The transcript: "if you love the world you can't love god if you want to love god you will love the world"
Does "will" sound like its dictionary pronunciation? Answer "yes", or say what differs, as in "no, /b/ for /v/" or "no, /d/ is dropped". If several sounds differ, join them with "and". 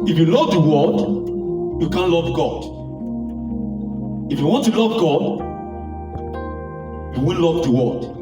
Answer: no, /n/ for /l/